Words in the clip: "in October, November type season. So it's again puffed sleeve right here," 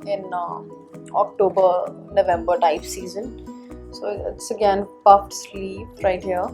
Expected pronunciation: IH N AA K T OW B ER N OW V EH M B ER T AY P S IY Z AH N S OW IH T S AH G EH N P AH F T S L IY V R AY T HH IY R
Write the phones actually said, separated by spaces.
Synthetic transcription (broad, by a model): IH N AA K T OW B ER N OW V EH M B ER T AY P S IY Z AH N S OW IH T S AH G EH N P AH F T S L IY P R AY T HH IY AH